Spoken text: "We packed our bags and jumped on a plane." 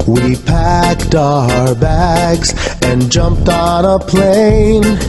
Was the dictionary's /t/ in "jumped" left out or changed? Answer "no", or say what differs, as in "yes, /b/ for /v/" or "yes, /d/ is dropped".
no